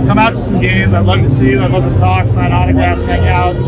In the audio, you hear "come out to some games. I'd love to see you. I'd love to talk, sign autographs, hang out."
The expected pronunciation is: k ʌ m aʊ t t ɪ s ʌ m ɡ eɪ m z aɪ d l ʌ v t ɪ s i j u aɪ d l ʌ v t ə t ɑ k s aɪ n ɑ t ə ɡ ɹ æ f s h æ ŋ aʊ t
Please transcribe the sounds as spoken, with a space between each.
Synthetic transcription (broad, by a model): k ʌ m aʊ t t ɪ s ʌ m ɡ eɪ m z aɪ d l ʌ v t ɪ s i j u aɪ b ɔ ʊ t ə t ɑ k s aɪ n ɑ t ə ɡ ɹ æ s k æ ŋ aʊ t